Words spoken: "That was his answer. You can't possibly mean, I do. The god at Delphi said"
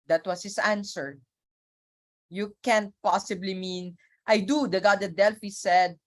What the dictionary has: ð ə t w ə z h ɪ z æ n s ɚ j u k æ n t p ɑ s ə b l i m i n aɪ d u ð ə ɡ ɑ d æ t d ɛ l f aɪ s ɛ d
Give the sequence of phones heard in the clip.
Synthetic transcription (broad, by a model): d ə t w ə s h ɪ s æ n s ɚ j u k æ n t p ɑ s ə b l i m i n aɪ d u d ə ɡ ɑ d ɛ d ɛ l f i s ɛ d